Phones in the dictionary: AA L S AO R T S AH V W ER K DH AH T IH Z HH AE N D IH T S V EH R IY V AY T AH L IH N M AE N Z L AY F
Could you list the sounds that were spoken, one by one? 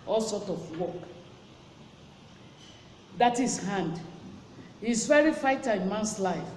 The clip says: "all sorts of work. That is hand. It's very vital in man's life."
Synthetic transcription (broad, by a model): AA L S AO T AH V W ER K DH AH T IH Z HH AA N D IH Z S V EH R IY F AY T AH IH N M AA N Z L AY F